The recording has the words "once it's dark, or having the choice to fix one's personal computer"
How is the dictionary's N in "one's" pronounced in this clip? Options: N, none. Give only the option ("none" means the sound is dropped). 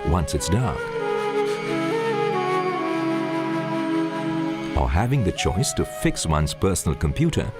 N